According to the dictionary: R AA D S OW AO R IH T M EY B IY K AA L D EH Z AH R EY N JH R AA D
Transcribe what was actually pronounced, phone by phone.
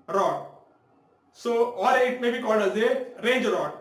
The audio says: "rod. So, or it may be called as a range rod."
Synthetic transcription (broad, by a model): R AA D S OW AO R IH T M EY B IY K AA L D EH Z AH R EY N JH R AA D